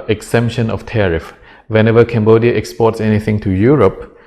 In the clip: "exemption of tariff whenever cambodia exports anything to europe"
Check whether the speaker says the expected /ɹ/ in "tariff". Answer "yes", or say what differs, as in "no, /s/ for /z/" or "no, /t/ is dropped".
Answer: yes